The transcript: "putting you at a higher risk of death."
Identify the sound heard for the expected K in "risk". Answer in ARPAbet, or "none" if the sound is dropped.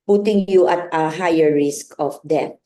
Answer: K